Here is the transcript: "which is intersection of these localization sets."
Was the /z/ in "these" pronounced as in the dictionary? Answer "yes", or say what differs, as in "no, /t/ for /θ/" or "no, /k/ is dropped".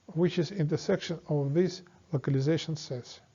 no, /s/ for /z/